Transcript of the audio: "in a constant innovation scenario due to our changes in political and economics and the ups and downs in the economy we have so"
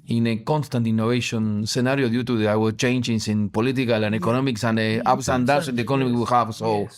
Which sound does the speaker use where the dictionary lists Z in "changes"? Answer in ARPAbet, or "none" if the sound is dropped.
S